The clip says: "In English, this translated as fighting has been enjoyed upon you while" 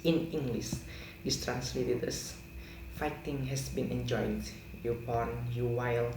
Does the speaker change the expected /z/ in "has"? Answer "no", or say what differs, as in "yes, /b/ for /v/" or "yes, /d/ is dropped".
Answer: yes, /s/ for /z/